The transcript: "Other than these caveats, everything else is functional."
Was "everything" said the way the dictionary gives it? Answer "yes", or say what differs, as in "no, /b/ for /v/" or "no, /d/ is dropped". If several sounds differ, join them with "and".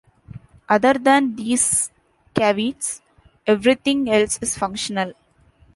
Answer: no, /t/ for /θ/